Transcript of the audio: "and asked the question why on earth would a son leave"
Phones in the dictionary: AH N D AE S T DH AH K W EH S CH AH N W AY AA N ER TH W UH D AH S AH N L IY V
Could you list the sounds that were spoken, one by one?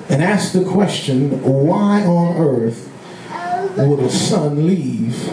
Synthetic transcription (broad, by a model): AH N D AE S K DH AH K W EH S CH AH N W AY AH N ER TH W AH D AH S AH N L IY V